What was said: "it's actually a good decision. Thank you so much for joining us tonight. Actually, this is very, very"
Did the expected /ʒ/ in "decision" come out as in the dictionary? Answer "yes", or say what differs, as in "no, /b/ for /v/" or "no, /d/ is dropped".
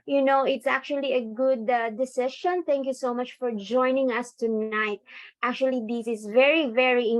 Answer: no, /ʃ/ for /ʒ/